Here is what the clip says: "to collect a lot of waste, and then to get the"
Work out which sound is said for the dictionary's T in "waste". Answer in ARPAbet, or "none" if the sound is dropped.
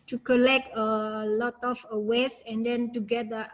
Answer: none